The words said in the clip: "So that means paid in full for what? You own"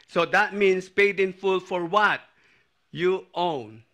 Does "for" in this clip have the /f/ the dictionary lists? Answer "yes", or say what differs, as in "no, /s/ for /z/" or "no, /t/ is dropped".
yes